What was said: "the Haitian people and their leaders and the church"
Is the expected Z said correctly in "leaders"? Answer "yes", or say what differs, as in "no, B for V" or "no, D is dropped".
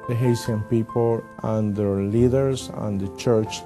no, S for Z